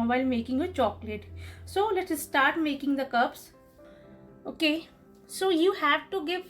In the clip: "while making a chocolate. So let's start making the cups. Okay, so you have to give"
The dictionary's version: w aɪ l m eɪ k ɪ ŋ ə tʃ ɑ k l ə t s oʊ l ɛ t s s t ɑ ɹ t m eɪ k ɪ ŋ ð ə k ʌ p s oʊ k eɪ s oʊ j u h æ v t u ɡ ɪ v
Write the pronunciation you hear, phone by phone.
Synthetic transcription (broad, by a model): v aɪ l m eɪ k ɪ ŋ ə tʃ ɑ k l ə t s oʊ l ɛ t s s t ɑ ɹ t m eɪ k ɪ ŋ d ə k ʌ p s oʊ k eɪ s oʊ j u h æ v t u ɡ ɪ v